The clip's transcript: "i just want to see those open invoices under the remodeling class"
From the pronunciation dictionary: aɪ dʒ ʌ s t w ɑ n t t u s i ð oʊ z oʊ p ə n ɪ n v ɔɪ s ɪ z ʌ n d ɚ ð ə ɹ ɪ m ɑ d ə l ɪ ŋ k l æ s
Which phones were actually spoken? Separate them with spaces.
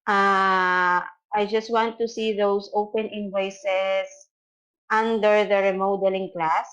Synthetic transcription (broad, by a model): aɪ dʒ ʌ s t w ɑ n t t u s i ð oʊ s oʊ p ə n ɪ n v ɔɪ s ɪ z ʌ n d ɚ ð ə ɹ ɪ m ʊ d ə l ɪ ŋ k l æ s